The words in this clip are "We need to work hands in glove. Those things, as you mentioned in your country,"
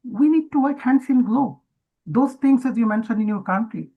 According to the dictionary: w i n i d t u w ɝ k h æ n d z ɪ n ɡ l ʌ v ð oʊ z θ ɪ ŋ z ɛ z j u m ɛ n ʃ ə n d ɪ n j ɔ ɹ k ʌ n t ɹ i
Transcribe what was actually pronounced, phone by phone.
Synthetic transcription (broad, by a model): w i n i d t u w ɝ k h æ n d s ɪ n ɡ l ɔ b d oʊ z t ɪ ŋ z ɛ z j u m ɛ n ʃ ə n d ɪ n j ɔ ɹ k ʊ n t ɹ i